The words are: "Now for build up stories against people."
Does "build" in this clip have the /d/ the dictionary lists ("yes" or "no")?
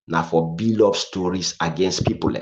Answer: no